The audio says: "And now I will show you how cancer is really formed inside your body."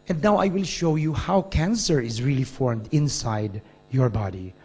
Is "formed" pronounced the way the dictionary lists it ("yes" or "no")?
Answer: yes